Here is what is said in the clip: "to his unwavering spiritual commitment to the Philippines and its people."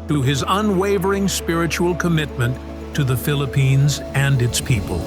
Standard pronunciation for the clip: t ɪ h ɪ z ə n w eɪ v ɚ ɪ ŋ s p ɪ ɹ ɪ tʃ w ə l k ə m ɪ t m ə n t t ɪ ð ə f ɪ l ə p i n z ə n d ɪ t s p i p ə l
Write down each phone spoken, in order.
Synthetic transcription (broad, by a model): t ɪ ɪ z ə n w eɪ v ɚ ɪ ŋ s p ɪ ɹ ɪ tʃ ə l k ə m ɪ t m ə n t t ɪ ð ə f ɪ l ə p i n z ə n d ɪ t s p i p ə l